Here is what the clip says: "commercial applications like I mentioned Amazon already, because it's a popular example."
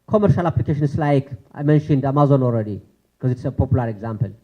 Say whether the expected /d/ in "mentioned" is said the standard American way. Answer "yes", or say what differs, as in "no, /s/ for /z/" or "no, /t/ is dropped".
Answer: yes